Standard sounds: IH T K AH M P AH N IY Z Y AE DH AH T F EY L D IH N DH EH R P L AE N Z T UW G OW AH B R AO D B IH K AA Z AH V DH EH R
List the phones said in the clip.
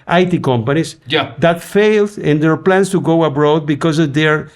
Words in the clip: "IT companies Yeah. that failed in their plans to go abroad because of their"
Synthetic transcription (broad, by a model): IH T K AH M P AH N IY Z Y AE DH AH T F EY L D IH N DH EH R P L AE N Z T UW G OW AH B R AO D B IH K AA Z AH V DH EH R